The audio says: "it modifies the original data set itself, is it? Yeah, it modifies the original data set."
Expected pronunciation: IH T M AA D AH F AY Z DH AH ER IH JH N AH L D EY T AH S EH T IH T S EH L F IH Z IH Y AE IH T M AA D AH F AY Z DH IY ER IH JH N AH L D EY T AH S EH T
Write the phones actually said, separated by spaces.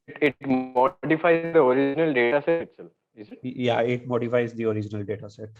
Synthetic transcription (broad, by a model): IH T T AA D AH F AY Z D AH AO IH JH N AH L D EY T AH S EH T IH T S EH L IH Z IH Y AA IH T M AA D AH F AY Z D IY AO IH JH N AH L D EY T AH S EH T